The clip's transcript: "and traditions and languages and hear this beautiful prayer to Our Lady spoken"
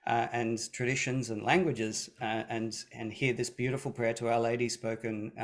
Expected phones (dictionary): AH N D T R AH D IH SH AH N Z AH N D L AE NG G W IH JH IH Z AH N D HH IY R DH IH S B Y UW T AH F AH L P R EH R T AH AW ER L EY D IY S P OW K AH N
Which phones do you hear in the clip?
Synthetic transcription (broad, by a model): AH N T R AH D IH SH AH N Z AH N L AE NG G W IH JH IH Z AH N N HH IY R DH IH S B Y UW T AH F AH L P R EH R T AH AW ER L EY D IY S P OW K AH N